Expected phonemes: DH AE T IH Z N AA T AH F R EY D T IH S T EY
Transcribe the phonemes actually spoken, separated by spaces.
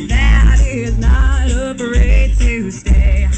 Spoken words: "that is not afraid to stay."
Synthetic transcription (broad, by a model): DH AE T IH Z N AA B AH R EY T IH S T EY